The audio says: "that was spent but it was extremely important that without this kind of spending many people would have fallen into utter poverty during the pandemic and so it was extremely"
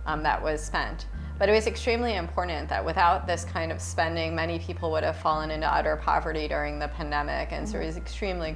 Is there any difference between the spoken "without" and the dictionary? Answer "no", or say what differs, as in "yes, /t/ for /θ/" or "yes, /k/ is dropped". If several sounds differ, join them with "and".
no